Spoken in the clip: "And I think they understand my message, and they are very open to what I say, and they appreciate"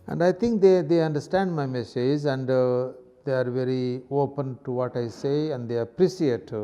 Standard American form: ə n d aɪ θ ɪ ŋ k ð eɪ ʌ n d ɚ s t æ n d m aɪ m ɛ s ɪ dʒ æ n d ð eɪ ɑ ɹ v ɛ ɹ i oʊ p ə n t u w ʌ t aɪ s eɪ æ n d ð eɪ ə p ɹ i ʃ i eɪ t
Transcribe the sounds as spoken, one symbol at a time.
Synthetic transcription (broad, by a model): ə n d aɪ t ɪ ŋ k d eɪ ʌ n d ɚ s t æ n d m aɪ m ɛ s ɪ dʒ æ n d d eɪ ɑ ɹ v ɛ ɹ i oʊ p ə n t u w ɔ t aɪ s eɪ æ n d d eɪ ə p ɹ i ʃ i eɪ t